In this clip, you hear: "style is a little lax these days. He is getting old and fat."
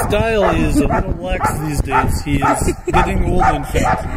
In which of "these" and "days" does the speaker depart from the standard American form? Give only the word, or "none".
none